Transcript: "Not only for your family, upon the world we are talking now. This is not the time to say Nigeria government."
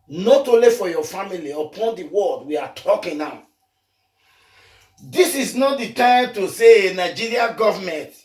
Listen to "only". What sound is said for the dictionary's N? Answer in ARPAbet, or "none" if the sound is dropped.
none